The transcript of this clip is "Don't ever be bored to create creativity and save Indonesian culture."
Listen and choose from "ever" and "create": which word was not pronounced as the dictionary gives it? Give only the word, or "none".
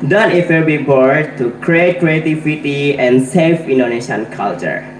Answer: ever